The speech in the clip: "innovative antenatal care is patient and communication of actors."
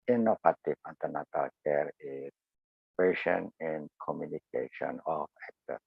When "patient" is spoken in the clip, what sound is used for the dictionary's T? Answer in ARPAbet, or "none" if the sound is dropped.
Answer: none